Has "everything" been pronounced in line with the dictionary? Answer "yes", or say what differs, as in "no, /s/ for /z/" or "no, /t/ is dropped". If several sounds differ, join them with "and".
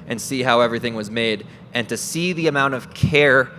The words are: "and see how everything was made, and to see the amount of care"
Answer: yes